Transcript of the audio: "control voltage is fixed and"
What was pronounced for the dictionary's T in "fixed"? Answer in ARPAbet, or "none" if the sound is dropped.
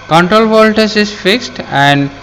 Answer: T